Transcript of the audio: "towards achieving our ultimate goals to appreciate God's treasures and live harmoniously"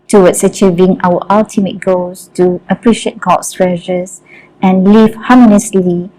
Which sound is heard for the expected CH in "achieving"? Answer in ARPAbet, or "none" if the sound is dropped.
CH